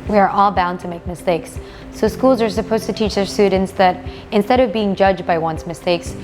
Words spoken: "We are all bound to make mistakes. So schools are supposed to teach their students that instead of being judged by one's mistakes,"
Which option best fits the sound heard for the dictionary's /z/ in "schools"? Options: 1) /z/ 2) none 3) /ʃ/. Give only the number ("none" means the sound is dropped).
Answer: 1